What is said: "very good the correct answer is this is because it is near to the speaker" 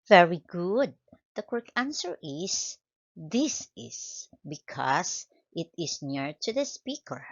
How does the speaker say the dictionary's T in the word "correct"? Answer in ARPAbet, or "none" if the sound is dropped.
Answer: none